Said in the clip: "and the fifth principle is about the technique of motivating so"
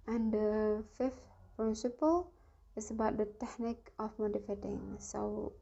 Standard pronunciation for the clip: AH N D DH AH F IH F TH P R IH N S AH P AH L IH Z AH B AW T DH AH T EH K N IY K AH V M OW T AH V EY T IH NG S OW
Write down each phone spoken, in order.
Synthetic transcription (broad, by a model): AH N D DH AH F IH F T P R IH N S AH P AH L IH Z AH B AW T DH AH T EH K N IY K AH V M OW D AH F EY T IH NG S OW